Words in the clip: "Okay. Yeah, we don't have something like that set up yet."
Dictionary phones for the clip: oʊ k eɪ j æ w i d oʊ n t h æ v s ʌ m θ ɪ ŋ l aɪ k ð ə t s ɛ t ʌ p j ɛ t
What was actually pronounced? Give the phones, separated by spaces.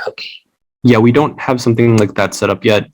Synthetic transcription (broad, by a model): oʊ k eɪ j æ w i d oʊ n t h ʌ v s ʌ m θ ɪ ŋ l aɪ k ð ə t s ɛ t ʌ p j ɛ t